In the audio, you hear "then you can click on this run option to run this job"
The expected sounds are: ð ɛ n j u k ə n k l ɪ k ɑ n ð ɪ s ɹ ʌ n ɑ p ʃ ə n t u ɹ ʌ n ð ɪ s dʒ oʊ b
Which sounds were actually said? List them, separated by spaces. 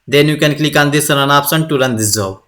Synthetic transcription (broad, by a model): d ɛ n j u k ə n k l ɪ k ɑ n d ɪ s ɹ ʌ n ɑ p s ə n t u ɹ ʌ n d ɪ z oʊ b